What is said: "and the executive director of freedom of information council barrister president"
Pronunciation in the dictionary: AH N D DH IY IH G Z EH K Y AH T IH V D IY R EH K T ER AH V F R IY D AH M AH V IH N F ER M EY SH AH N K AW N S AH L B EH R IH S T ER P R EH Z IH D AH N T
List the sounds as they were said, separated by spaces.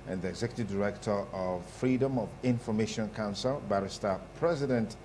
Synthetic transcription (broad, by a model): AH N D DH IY IH G Z EH K Y AH T IH V D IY R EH K T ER AH V F R IY D AH M AH V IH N F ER M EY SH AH N K AW N S AH L B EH R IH S T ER P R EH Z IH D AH N T